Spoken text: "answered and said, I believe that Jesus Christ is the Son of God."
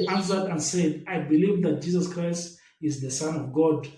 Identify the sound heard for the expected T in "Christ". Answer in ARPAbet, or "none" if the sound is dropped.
T